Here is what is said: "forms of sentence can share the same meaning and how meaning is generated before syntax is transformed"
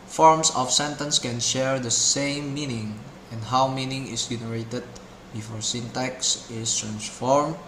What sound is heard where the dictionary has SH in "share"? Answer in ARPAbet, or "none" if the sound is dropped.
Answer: SH